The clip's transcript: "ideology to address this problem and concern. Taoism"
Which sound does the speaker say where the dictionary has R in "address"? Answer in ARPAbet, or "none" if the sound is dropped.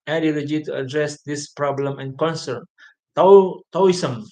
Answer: R